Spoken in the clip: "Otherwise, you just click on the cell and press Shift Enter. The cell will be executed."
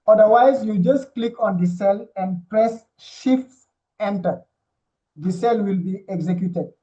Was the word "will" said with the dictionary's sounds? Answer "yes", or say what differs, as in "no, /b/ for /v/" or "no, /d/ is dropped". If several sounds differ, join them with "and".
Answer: yes